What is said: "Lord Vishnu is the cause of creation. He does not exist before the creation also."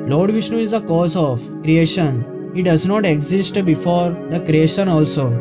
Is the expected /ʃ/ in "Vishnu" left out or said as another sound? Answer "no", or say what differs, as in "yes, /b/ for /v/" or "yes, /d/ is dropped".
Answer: no